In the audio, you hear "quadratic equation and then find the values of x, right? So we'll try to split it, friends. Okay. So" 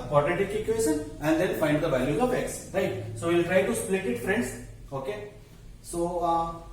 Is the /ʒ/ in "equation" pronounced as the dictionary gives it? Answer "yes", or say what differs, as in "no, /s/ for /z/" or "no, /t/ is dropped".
no, /s/ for /ʒ/